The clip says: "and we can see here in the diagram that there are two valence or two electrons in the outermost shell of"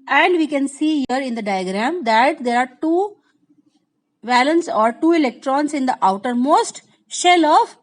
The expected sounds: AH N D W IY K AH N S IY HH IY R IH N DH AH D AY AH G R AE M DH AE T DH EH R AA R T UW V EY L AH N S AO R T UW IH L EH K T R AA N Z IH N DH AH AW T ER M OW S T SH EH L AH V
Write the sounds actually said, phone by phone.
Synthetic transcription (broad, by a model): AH N D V IY K AH N S IY HH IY R IH N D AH D AY AH G R AE M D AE T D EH R AA R T UW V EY L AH N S AO R T UW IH L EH K T R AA N S IH N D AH AW T ER M OW S T SH EH L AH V